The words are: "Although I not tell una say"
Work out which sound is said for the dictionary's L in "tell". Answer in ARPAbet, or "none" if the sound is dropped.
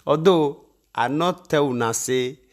W